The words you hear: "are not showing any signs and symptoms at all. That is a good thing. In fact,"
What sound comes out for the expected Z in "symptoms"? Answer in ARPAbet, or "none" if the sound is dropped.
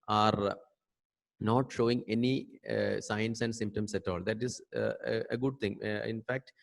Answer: S